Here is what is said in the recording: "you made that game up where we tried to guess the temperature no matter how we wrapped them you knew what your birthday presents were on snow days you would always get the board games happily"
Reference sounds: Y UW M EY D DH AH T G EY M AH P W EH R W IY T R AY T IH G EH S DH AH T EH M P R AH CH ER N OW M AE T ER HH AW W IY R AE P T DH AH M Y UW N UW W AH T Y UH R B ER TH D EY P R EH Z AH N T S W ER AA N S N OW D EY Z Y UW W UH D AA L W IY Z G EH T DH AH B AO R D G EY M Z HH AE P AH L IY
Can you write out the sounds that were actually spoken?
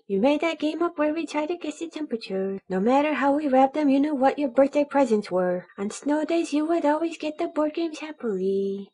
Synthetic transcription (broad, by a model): Y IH M EY D DH AH T G EY M AH P W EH R W IY T R AY T IH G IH S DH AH T EH M P R AH CH ER N OW M AE T ER HH AW W IY R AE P DH AH M Y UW N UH W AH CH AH R B ER TH D EY P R EH Z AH N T S W ER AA N S N OW D EY Z Y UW W UH D AA L W IY Z G EH T DH AH B AO R D G EY M Z HH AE P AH L IY